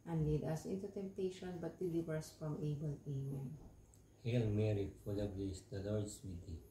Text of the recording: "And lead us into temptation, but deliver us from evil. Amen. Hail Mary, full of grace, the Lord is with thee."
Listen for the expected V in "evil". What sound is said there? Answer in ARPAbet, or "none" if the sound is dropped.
B